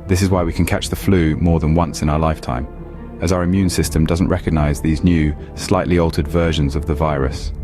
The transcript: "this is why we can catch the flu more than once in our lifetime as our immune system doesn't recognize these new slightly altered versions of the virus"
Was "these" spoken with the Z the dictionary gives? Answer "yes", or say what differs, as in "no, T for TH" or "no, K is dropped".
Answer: yes